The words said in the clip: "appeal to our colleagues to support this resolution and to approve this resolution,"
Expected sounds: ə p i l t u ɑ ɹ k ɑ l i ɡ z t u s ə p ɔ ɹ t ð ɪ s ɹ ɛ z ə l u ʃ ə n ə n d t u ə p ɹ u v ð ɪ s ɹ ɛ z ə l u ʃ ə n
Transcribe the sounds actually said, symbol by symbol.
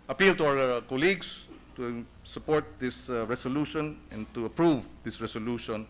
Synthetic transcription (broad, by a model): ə p i l t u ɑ w k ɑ l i ɡ s t u s ə p ɔ ɹ t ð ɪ s ɹ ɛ s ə l u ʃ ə n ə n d t u ə p ɹ u v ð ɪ s ɹ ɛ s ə l u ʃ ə n